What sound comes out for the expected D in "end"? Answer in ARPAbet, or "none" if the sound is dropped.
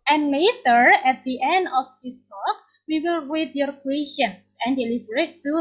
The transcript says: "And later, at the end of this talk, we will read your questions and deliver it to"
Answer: D